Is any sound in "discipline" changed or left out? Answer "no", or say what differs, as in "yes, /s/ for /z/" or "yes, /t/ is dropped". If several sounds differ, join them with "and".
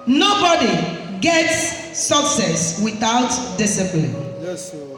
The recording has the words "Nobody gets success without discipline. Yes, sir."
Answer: yes, /b/ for /p/